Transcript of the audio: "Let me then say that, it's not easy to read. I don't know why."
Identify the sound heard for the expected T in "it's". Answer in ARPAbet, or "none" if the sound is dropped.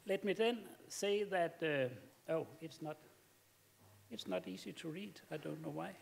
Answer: T